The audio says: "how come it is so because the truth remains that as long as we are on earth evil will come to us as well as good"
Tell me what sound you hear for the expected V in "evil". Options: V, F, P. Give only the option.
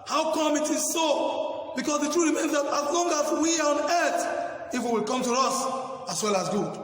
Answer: F